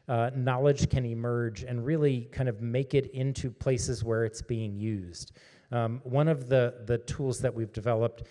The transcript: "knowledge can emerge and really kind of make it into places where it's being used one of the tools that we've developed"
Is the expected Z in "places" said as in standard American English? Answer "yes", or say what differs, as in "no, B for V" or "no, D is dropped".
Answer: yes